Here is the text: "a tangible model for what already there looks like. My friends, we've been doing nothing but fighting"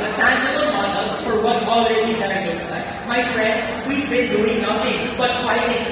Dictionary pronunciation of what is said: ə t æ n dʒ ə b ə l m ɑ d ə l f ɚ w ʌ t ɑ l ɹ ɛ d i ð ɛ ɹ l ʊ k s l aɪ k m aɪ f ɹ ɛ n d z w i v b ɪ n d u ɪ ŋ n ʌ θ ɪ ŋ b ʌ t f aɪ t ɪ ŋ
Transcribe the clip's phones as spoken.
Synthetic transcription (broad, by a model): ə t æ n dʒ ə b ə l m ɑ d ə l f ɚ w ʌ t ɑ l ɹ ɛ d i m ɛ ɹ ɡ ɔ s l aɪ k m aɪ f ɹ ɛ n d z w i v b ɪ n d u ɪ ŋ n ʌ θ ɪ ŋ b ʌ t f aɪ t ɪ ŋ